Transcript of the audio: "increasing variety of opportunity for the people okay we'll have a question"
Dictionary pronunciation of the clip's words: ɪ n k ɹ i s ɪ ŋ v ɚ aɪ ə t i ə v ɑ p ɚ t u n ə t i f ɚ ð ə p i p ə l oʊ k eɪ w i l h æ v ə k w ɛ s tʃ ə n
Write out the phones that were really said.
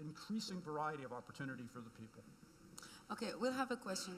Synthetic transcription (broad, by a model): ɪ n k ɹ i s ɪ ŋ v ɚ aɪ ə t i ə v ɑ p ɚ t u n ə t i f ɚ ð ə p i p l oʊ k eɪ w i l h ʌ v ə k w ɛ s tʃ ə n